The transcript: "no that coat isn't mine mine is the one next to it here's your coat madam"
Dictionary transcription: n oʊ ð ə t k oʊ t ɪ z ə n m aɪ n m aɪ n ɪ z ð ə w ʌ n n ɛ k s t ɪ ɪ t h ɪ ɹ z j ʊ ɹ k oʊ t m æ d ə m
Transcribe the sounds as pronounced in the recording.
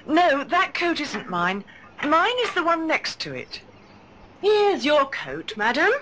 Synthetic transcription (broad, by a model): n oʊ ð ə t k oʊ t ɪ z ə n m aɪ n m aɪ n ɪ z ð ə w ʌ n n ɛ k s t ɪ ɪ t h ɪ ɹ z j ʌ ɹ k oʊ t m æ d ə m